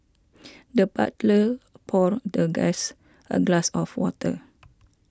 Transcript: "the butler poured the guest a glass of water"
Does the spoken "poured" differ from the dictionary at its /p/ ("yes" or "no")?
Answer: no